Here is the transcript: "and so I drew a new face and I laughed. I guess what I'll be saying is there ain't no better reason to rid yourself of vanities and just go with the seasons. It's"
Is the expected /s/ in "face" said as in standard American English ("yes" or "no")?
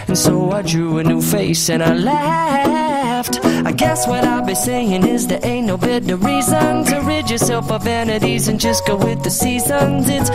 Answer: yes